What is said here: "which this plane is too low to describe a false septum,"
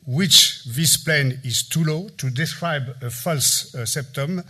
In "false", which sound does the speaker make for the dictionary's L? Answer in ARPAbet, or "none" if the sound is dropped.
L